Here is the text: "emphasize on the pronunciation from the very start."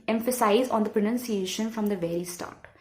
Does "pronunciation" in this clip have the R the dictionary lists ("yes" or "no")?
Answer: yes